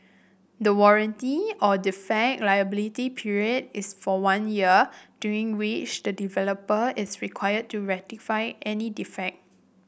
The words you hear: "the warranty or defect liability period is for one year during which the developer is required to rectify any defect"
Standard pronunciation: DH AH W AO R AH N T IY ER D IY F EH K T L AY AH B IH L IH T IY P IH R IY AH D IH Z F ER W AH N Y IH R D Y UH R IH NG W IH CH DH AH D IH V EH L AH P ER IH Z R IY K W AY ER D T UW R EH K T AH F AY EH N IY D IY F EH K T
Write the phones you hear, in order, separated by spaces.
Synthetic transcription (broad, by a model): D AH W AO R AH N T IY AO D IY F EH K L AY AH B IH L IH T IY P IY R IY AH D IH S F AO W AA N Y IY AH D Y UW R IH NG W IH CH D AH D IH V EH L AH P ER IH S R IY K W AY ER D T UW R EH T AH F AY EH N IY D IY F EH K T